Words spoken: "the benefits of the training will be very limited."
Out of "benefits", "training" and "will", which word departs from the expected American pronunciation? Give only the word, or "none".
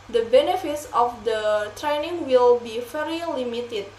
none